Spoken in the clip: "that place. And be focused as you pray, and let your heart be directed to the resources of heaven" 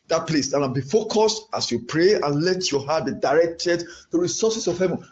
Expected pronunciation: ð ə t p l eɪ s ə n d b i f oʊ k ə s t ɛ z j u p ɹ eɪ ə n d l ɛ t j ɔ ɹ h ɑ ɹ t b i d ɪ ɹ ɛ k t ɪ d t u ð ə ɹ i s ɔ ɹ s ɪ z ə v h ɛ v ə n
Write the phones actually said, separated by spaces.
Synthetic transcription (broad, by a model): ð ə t p l eɪ s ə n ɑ b i f oʊ k ə s t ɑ s j u p ɹ eɪ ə n l ɛ t j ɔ h ɑ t b i d ɪ ɹ ɛ k t ɪ d t u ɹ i s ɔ s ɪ s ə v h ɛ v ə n